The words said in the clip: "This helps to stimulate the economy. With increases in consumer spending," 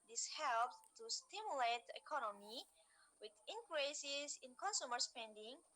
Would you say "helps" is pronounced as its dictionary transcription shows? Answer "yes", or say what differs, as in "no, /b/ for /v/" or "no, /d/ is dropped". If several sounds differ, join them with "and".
no, /s/ is dropped